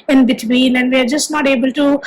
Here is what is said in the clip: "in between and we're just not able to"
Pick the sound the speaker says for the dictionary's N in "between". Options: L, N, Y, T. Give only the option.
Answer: L